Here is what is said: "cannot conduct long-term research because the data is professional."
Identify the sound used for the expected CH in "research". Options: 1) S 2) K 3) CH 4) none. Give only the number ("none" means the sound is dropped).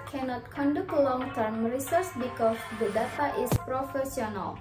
1